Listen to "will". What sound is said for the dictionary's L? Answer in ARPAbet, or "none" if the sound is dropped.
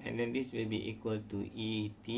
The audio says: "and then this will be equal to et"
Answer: L